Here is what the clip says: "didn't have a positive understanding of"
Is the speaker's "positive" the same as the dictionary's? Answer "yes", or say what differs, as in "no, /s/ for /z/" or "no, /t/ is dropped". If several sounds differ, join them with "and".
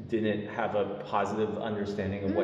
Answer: yes